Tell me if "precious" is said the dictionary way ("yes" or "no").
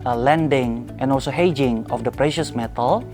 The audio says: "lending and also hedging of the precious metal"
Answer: yes